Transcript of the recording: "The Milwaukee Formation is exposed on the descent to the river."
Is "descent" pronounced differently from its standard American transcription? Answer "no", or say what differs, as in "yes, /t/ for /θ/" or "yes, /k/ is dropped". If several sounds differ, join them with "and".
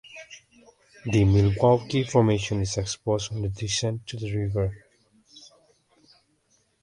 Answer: yes, /ʃ/ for /s/